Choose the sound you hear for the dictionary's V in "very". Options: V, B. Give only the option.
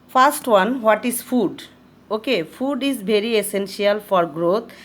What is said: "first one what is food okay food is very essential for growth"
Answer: B